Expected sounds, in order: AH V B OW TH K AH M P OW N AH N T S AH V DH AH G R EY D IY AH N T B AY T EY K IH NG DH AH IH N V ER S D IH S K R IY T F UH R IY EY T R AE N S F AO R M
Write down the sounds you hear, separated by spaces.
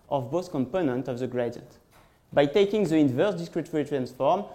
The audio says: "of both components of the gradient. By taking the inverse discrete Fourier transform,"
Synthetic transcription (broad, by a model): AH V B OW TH K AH M P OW N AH N T AH V DH AH G R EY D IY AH N T B AY T EY K IH NG DH AH IH N V ER S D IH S K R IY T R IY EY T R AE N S F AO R M